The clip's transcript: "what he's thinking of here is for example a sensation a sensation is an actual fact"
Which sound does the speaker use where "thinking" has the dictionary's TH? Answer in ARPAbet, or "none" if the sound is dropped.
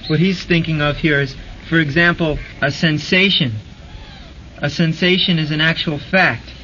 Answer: TH